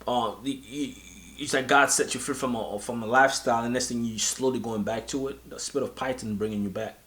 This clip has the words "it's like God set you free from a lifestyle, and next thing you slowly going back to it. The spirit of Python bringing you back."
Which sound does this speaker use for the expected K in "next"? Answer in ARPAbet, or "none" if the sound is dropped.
none